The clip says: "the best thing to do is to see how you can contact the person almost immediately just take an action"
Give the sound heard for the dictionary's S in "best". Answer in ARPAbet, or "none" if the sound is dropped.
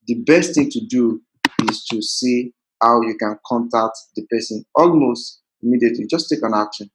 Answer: S